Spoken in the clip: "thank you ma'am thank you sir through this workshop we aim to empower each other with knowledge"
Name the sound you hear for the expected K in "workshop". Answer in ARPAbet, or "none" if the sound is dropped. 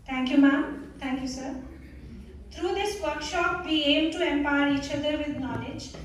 K